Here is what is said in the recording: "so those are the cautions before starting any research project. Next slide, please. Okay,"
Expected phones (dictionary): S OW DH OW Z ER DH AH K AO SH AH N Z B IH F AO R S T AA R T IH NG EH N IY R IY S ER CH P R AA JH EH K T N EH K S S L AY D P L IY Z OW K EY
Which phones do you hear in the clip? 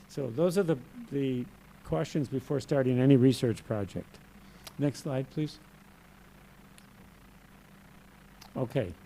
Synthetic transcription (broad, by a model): S OW DH OW Z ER DH AH K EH S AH N Z B IH F AO R S T AA R T IH NG EH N IY R IY S ER CH P R AA JH EH K T N EH K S S L AY D P L IY Z OW K EY